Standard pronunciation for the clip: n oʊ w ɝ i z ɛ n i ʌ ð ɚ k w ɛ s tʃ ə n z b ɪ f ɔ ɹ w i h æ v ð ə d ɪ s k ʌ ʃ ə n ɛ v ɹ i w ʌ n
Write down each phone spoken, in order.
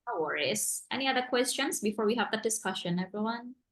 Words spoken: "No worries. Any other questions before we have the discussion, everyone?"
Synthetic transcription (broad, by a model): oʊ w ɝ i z ɛ n i ʌ ð ɚ k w ɛ s tʃ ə n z b ɪ f ɔ ɹ w i h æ v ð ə d ɪ s k ʌ ʃ ə n ɛ v ɹ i w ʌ n